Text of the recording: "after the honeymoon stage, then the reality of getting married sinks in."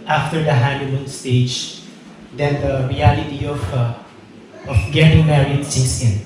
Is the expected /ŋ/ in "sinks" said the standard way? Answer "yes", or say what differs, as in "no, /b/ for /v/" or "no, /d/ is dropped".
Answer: no, /ŋ/ is dropped